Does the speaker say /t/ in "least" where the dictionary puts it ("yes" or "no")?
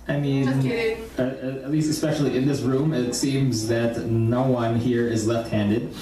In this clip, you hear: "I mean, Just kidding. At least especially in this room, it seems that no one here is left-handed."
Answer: yes